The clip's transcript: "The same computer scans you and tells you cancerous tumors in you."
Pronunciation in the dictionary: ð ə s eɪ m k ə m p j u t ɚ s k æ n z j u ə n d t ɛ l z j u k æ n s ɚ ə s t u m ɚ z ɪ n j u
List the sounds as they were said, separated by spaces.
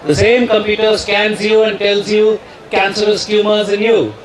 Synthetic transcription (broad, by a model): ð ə s eɪ m k ə m p j u t ɚ s k æ n z j u ə n d t ɛ l z j u k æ n s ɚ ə s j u m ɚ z ɪ n j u